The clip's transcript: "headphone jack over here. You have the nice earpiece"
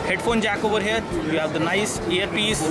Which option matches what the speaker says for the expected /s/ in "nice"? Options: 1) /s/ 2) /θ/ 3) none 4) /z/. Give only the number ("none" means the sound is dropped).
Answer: 1